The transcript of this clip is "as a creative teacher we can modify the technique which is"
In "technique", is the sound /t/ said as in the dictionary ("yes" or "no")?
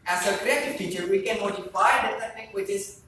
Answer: no